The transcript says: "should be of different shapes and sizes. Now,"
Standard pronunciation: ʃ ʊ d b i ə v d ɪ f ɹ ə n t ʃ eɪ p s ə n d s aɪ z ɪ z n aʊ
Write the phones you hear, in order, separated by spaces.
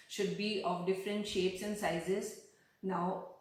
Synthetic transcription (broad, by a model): ʃ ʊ d b i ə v d ɪ f ɹ ə n t ʃ eɪ p s ə n d s aɪ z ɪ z n aʊ